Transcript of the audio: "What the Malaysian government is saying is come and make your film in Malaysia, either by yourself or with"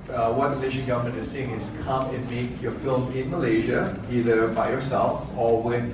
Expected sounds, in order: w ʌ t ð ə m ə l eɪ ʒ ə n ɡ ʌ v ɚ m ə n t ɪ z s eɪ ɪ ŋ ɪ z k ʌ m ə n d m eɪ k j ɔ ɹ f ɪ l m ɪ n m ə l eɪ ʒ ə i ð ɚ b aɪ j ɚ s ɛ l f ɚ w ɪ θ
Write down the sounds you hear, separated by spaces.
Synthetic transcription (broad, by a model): w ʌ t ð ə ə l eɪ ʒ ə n ɡ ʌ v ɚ m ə n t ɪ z s eɪ ɪ ŋ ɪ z k ʌ m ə n m eɪ k j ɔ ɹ f ɪ l m ɪ n m ə l eɪ ʒ ə i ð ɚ b aɪ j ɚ s ɛ l f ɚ w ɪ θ